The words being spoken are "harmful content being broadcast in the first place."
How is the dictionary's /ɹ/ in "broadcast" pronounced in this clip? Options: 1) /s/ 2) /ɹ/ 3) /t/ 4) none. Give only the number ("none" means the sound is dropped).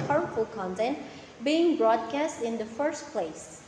2